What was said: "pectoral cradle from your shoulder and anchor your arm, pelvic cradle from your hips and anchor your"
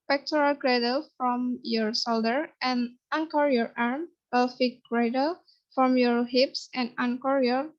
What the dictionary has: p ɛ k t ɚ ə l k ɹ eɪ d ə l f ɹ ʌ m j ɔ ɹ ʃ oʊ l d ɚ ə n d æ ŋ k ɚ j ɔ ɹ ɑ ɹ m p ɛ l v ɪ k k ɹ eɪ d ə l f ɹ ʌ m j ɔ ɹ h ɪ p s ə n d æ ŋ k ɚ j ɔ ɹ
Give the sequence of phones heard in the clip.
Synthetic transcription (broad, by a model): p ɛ k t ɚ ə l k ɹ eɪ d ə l f ɹ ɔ m j ɔ ɹ s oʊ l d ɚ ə n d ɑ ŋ k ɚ j ɔ ɹ ɑ ɹ m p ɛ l f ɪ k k ɹ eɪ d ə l f ɹ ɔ m j ɔ ɹ h ɪ p s ə n d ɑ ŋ k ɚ j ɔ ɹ